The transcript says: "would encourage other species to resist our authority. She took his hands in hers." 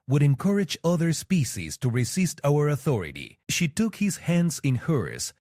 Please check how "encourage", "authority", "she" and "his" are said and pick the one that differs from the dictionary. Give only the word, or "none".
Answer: none